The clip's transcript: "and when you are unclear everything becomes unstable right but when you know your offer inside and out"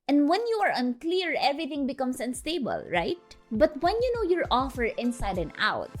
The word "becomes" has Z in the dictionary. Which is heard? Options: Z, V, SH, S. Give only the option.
S